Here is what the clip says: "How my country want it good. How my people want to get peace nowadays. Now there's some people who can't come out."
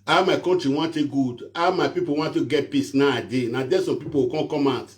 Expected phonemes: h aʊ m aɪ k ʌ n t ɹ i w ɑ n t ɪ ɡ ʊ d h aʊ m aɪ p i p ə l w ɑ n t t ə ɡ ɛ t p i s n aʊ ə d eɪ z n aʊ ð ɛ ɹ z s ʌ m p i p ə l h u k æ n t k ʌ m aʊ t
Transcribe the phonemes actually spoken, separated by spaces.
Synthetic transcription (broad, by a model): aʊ m aɪ k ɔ n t ɹ i w ɑ n t ɪ ɡ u d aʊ m aɪ p i p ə w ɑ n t t ə ɡ ɛ t p i s n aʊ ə d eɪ n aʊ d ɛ s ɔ m p i p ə k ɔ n k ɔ m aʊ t